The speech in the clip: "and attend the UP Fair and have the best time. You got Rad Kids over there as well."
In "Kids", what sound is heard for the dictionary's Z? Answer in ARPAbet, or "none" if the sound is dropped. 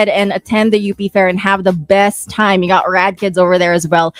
Z